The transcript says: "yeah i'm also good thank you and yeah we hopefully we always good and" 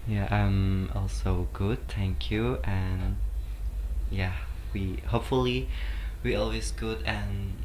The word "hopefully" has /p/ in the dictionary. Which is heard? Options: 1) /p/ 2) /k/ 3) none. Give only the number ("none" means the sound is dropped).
1